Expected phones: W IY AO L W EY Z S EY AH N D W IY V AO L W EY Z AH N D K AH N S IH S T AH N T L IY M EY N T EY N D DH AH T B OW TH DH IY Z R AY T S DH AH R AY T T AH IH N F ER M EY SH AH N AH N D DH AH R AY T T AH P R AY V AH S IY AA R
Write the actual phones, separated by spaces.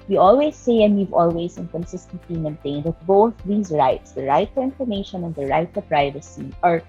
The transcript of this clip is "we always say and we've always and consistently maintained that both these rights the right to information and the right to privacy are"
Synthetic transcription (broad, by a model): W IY AO L W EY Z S EY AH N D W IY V AO L W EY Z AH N K AH N S IH S T AH N T L IY M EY N T EY N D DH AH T B OW TH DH IY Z R AY T S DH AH R AY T T AH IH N F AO M EY SH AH N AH N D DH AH R AY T T AH P R AY V AH S IY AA R